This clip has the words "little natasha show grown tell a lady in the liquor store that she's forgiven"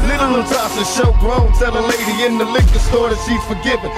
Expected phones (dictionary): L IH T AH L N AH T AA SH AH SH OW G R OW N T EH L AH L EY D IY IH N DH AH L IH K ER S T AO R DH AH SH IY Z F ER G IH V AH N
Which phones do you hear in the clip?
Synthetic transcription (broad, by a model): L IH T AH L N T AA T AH SH OW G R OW L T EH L AH L EY D IY IH N DH AH L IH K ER S T AO R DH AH S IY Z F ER G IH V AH